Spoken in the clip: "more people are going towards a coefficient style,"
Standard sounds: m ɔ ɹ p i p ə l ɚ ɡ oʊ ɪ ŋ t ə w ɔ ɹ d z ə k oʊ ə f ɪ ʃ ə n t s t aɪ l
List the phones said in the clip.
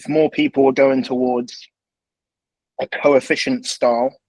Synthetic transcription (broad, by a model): m ɔ p i p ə l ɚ ɡ oʊ ɪ ŋ t ə w ɔ d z ə k oʊ ə f ɪ ʃ ə n t s t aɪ l